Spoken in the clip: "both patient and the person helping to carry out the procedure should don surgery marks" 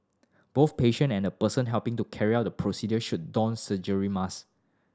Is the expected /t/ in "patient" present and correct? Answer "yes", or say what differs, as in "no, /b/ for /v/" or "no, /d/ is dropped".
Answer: no, /t/ is dropped